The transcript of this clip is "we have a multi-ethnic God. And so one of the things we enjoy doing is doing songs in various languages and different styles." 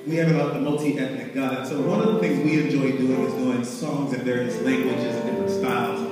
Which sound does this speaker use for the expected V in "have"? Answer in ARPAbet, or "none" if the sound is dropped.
B